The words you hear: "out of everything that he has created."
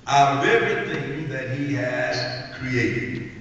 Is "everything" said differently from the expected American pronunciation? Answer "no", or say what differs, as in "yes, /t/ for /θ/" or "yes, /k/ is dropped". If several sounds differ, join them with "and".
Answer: yes, /v/ is dropped